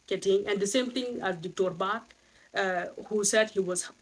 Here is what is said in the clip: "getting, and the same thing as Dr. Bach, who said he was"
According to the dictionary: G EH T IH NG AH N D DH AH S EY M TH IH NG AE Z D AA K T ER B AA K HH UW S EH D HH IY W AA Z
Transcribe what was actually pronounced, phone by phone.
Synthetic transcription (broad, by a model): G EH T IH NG AH N D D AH S EY M T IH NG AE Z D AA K T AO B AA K HH UW S EH D HH IY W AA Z